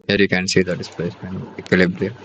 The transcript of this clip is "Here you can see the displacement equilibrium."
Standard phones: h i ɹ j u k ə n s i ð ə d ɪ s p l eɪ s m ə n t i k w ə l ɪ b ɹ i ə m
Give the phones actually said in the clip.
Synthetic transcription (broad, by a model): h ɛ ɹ j u k ə n s i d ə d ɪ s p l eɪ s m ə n ɛ k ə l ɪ b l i